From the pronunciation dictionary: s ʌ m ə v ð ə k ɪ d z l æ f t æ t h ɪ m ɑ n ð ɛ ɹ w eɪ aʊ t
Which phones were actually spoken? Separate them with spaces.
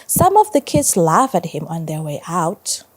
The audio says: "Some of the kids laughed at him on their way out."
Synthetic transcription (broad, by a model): s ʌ m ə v ð ə k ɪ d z l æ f æ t h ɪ m ɑ n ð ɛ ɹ w eɪ aʊ t